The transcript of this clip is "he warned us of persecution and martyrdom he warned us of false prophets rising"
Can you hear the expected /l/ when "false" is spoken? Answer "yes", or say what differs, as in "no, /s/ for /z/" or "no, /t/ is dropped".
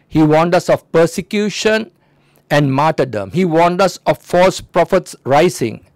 yes